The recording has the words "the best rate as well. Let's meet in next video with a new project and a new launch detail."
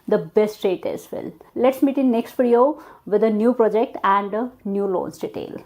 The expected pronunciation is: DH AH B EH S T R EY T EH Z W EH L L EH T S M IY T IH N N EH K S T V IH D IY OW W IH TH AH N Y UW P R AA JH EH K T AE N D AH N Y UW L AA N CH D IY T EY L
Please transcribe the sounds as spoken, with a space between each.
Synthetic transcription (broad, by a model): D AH B EH S T R EY T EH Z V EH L L EH T S M IY T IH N N EH K S T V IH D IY OW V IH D AH N Y UW P R AA JH EH K T AE N D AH N Y UW L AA N S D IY T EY L